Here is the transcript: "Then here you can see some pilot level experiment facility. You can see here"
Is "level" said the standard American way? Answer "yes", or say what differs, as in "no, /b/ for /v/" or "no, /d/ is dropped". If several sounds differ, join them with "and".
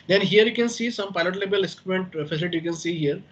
no, /b/ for /v/